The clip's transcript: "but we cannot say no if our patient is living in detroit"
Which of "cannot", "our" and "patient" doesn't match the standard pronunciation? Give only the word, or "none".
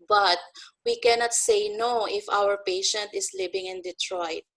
none